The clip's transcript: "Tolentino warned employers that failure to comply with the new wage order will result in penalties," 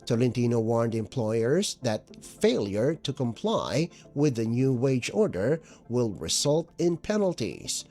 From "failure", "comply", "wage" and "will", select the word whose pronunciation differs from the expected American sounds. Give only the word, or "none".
none